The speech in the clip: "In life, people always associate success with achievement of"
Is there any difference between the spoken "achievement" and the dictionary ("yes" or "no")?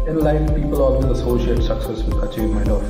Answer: yes